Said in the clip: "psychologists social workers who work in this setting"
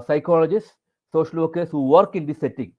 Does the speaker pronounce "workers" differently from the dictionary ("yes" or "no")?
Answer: yes